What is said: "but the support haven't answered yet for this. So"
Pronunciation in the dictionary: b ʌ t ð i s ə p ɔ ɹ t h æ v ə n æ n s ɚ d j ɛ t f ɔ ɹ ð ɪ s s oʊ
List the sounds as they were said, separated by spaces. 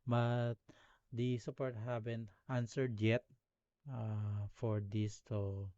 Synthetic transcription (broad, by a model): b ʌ t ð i s ə p ɔ ɹ t h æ b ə n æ n s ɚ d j ɛ t f ɔ ɹ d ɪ s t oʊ